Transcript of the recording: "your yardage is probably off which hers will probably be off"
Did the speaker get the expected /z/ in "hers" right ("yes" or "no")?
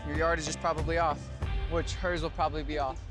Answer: yes